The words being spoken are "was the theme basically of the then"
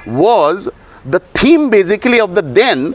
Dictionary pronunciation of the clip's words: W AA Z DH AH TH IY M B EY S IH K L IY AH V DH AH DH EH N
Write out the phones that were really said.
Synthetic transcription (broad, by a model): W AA Z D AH T IY M B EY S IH K L IY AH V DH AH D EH N